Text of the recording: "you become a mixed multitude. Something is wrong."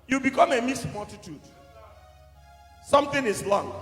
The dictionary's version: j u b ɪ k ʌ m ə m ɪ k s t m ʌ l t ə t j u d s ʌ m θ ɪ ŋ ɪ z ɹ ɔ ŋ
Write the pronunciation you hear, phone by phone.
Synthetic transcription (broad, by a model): j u b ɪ k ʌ m ə m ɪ s m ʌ l t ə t j u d s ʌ m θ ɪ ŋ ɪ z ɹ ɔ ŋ